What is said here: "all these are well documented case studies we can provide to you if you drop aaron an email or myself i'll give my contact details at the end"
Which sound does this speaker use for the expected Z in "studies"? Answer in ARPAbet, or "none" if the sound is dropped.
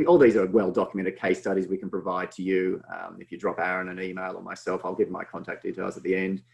Z